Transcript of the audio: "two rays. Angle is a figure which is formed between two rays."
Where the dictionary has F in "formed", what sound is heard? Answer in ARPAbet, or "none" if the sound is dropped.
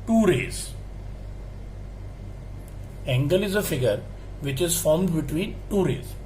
F